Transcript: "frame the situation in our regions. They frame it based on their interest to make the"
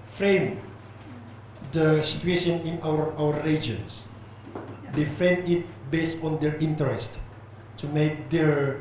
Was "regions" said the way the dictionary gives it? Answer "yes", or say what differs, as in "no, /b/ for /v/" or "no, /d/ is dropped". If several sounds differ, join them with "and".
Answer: no, /w/ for /ɹ/